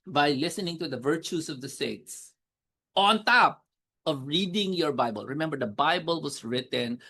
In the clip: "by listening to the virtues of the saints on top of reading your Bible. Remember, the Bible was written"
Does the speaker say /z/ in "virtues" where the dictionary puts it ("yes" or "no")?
no